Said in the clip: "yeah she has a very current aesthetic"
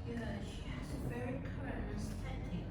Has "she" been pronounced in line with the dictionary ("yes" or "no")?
yes